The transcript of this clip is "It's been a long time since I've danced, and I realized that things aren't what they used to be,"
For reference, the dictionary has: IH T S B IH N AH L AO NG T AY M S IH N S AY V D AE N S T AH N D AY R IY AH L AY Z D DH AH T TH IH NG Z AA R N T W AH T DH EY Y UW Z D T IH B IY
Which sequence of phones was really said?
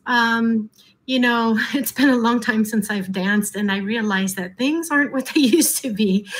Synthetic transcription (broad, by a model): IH T S B IH N AH L AO NG T AY M S IH N S AY V D AE N S T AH N AY R IY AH L AY Z DH AH T TH IH NG Z AA R N T W AH T DH EY Y UW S T IH B IY